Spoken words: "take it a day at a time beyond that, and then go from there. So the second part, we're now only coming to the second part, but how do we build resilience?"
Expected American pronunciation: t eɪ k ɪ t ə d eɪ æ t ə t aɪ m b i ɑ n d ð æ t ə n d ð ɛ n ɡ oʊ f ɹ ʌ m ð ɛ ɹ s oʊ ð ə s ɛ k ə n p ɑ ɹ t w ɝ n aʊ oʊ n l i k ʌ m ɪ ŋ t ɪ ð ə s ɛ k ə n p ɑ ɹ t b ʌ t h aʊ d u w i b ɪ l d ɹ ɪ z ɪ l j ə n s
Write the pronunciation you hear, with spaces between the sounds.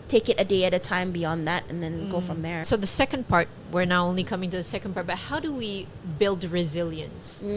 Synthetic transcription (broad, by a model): t eɪ k ɪ t ə d eɪ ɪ t ə t aɪ m b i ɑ n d ð æ t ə n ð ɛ n ɡ oʊ f ɹ ʌ m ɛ ɹ s oʊ ð ə s ɛ k ə n p ɑ ɹ t w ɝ n aʊ oʊ n l i k ʌ m ɪ ŋ t ɪ ð ə s ɛ k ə n p ɑ ɹ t b ʌ t h aʊ d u w i b ɪ l d ɹ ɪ z ɪ l j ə n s